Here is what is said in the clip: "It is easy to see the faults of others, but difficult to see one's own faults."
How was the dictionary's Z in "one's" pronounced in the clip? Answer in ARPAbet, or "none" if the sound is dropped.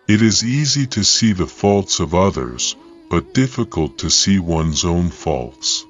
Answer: Z